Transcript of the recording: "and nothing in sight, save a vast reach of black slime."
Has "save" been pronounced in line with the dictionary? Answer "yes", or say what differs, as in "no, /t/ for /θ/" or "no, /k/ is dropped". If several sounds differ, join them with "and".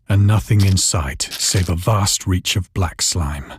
yes